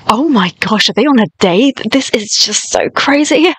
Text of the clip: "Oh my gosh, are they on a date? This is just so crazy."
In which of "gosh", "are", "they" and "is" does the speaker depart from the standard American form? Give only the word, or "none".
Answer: none